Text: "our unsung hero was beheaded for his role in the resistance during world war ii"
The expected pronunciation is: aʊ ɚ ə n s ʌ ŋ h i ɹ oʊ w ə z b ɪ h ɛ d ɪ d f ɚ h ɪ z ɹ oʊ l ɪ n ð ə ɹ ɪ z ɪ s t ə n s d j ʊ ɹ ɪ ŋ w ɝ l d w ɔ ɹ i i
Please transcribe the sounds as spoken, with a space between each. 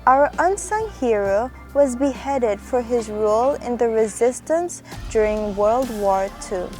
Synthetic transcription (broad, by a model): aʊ ɚ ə n s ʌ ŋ h i ɹ oʊ w ə z b ɪ h ɛ d ɪ d f ɚ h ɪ z ɹ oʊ l ɪ n ð ə ɹ ɪ z ɪ s t ə n s d j ʊ ɹ ɪ ŋ w ɝ l d w ɔ ɹ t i